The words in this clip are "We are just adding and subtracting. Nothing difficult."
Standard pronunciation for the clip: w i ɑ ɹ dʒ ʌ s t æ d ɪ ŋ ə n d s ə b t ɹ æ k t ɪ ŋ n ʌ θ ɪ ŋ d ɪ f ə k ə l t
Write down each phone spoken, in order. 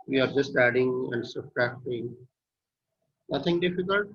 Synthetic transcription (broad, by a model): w i ɑ ɹ dʒ ʌ s t æ d ɪ ŋ ə n d s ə t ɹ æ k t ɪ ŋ n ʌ t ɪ ŋ d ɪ f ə k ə l t